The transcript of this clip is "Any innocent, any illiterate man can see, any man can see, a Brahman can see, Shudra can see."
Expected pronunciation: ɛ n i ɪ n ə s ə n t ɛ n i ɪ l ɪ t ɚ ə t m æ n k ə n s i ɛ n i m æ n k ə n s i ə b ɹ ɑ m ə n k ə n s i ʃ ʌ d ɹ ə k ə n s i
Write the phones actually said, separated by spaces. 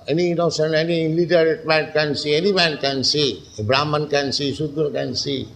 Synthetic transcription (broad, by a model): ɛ n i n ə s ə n ɛ n i l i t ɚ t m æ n k ə n s i ɛ n i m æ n k ə n s i b ɹ ɑ m ə n k ə n s i s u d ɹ k ə n s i